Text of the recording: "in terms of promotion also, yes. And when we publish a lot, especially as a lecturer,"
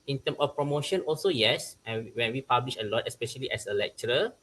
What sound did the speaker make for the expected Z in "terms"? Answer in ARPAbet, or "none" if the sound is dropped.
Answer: none